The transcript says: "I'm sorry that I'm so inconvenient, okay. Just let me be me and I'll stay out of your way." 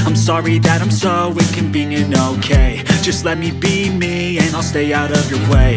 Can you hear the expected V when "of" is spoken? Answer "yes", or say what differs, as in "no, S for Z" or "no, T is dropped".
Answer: yes